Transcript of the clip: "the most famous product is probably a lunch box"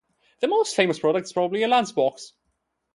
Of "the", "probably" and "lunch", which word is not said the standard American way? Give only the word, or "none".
lunch